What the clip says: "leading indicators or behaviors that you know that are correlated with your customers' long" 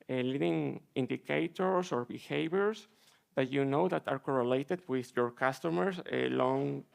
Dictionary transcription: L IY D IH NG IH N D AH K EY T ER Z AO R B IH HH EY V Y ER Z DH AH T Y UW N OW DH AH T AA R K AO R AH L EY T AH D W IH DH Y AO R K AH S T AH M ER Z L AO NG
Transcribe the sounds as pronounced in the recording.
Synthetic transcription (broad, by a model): L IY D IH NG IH N D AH K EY T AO S AO R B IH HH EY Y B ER S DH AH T Y UW N OW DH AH T AA R K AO R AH L EY T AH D W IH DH Y AO R K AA S T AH M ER S L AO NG